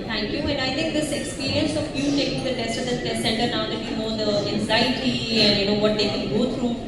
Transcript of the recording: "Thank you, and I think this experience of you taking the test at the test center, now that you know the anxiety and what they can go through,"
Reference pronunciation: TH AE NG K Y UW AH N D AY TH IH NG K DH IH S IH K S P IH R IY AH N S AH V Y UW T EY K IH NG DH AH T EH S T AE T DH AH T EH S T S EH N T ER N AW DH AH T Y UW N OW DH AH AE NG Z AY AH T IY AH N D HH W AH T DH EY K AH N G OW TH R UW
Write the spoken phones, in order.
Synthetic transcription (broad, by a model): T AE NG K Y UW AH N AY T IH NG K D IH S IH K S P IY R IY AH N S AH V Y UW T EY K IH NG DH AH T EH S T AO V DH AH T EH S S EH N T ER N AW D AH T Y UW N OW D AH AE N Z AY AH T IY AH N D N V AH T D EY K AH N G OW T R UW